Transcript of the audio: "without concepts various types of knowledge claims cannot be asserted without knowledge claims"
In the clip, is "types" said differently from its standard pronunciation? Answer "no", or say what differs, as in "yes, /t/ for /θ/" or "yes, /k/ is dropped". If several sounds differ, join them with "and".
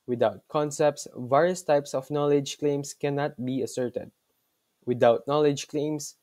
no